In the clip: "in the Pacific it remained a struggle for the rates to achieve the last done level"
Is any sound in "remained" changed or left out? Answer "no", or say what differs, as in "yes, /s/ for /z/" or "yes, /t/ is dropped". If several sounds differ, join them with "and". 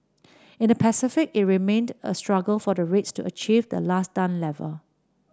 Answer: no